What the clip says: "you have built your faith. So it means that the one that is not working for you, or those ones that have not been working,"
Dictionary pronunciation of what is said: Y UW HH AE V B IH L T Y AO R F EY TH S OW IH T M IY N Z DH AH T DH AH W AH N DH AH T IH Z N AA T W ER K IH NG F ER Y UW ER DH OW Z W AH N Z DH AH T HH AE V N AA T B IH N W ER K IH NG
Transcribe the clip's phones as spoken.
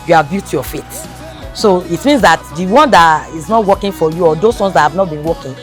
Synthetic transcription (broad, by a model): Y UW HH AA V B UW T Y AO F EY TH S OW IH T M IY N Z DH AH T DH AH W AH N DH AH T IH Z N AA T W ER K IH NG F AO Y UW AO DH OW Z W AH N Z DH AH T HH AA V N AA T B IH N W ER K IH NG